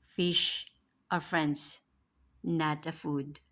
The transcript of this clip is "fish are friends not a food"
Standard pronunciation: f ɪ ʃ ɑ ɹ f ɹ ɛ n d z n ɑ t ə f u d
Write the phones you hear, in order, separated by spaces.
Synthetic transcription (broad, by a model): f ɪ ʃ ɑ ɹ f ɹ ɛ n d s n ɑ t ə f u d